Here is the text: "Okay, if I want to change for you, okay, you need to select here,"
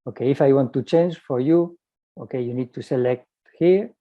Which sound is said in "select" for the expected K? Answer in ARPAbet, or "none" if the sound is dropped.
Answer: K